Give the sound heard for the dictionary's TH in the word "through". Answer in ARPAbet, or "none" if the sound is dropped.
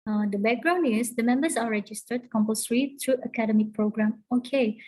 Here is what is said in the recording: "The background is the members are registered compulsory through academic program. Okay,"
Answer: T